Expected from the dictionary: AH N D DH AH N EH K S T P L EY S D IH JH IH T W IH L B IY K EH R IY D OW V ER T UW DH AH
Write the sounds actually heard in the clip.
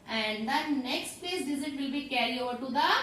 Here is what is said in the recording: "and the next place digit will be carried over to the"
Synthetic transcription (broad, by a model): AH N D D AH N EH K S T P L EY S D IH Z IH T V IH L B IY K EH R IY OW V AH T UW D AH